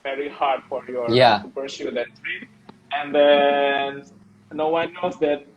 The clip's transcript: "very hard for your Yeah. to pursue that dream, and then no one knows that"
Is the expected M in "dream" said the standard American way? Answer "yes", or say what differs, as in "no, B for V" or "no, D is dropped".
no, M is dropped